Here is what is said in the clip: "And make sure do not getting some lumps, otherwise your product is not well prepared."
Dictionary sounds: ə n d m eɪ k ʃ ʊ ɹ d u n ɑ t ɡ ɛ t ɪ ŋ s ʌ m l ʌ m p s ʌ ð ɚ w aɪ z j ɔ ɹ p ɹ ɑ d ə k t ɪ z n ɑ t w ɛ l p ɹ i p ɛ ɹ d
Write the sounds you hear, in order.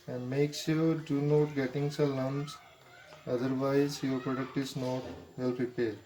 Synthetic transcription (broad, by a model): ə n d m eɪ k s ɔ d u n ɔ t ɡ ɛ t ɪ ŋ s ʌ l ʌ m s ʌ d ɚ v aɪ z j ɔ ɹ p ɹ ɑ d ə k t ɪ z n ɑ t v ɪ l p ɹ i p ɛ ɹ d